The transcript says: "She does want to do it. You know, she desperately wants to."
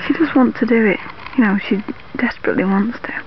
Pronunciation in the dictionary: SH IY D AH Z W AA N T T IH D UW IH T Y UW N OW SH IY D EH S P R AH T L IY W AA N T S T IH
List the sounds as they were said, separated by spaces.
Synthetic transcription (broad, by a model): SH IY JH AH S W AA N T T IH D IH IH T Y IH N OW SH IY D EH S P R AH T L IY W AA N T S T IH